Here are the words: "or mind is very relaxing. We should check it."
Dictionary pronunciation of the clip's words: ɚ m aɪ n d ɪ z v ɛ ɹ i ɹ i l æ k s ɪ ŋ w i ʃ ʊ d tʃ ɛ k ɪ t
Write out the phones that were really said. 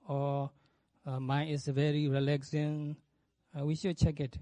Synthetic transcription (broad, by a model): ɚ m aɪ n ɪ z v ɛ ɹ i ɹ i l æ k s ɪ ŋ w i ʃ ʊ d tʃ ɛ k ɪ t